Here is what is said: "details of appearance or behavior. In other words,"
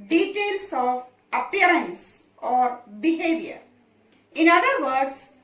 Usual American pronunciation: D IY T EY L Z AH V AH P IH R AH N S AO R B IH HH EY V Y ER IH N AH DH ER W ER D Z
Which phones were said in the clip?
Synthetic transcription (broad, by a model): D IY T EY L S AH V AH P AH R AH N S AO R B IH HH EY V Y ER IH N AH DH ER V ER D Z